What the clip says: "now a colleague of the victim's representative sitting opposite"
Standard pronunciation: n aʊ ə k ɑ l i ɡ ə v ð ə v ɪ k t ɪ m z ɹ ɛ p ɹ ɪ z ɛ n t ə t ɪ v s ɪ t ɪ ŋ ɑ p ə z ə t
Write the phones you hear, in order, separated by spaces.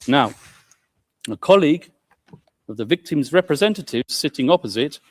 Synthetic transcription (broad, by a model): n aʊ ə k ɑ l i ɡ ə v ð ə v ɪ k t ɪ m z ɹ ɛ p ɹ ɪ z ɛ n t ə t ɪ v s ɪ t ɪ ŋ ɑ p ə z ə t